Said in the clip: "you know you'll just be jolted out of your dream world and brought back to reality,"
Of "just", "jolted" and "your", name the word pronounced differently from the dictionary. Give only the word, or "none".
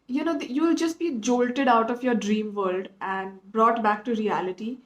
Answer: none